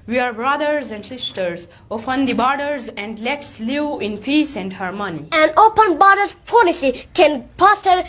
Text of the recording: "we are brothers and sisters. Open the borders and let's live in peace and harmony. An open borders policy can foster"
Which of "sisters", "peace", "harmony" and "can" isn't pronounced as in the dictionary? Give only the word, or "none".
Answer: peace